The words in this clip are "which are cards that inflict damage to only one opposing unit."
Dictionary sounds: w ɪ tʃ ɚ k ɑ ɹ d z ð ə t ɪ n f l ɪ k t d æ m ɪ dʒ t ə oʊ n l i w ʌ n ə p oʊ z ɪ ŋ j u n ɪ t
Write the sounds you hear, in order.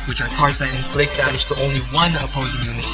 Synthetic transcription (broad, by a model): w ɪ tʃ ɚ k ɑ ɹ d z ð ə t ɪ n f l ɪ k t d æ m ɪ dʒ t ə oʊ n l i w ʌ n ə p oʊ z ɪ ŋ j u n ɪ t